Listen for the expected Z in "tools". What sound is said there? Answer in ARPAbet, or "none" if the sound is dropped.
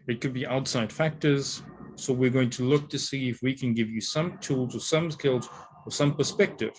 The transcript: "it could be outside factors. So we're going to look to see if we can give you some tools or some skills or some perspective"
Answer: Z